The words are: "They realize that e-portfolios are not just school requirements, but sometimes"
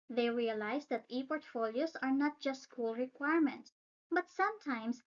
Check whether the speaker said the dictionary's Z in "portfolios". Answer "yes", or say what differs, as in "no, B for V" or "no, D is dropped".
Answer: no, S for Z